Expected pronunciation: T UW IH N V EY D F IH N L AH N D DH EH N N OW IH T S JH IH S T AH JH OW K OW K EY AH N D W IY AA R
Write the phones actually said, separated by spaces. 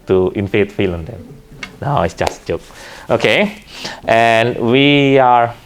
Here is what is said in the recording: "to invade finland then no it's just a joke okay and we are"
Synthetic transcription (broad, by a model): T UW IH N F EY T F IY L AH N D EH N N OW IH T S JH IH S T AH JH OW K OW K EY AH N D W IY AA R